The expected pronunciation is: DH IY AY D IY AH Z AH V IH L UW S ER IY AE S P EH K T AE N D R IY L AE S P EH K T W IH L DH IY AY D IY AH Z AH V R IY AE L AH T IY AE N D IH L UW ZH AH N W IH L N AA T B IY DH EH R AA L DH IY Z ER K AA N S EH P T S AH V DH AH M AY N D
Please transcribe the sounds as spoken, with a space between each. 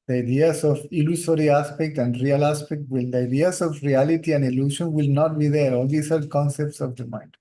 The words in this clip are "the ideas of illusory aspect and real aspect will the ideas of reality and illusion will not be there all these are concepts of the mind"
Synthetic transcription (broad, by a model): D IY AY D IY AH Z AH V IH L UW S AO IY AE S P EH K T AE N D R IY L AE S P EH K T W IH L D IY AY D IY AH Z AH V R IY AE L AH T IY AE N D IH L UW SH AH N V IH L N AA T B IY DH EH R AA L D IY S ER K AA N S EH P T S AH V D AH M AY N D